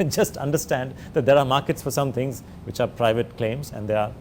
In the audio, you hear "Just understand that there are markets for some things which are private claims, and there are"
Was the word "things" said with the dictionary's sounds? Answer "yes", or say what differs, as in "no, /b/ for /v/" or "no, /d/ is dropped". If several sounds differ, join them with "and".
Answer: no, /t/ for /θ/